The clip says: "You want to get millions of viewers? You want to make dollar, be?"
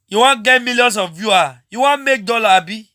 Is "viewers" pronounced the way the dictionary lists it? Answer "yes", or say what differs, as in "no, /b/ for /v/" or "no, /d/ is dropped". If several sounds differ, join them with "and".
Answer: no, /z/ is dropped